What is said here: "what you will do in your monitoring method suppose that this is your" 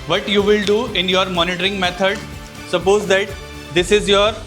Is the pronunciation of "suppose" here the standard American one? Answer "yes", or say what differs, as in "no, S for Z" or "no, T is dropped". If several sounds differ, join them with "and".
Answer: yes